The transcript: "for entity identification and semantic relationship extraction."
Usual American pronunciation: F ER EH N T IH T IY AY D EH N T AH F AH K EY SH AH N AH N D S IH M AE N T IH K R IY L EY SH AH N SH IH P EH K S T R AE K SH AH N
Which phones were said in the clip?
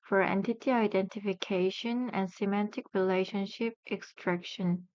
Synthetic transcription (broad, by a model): F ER EH N T IH T IY AY D EH N T AH F AH K EY SH AH N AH N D S IH M AE N T IH K R IY L EY SH AH N SH IH P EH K S T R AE K SH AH N